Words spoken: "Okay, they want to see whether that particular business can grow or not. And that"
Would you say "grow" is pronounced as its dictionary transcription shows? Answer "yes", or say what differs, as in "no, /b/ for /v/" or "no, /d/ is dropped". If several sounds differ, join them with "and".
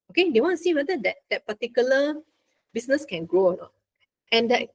yes